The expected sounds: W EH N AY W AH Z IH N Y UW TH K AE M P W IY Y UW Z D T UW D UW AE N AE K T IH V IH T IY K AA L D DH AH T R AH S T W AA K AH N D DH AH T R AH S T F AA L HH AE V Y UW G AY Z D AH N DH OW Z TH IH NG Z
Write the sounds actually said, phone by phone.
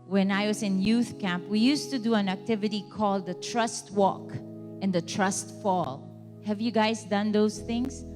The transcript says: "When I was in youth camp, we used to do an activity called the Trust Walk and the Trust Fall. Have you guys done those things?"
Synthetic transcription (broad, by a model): W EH N AY W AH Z IH N Y UW TH K AE M P W IY Y UW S T UW D UW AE N AE K T IH V IH T IY K AA L D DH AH T R AH S T W AA K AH N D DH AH T R AH S T F AA L HH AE V Y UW G AY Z D AH N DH OW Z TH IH NG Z